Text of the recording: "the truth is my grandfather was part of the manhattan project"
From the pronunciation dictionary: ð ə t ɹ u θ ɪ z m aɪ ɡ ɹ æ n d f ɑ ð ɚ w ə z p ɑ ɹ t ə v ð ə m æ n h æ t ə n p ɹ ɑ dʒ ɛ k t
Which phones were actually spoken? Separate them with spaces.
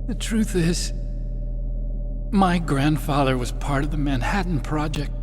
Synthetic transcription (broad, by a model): ð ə t ɹ u θ ɪ z m aɪ ɡ ɹ æ n d f ɑ ð ɚ w ə z p ɑ ɹ t ə v ð ə m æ n h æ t n p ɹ ɑ dʒ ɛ k t